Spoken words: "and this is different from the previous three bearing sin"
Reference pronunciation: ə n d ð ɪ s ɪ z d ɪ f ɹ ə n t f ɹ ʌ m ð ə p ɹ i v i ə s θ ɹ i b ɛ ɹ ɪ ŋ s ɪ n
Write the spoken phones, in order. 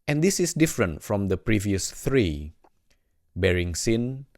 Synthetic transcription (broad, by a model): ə n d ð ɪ s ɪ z d ɪ f ɹ ə n t f ɹ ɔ m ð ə p ɹ i v i ə s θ ɹ i b ɛ ɹ ɪ ŋ s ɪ n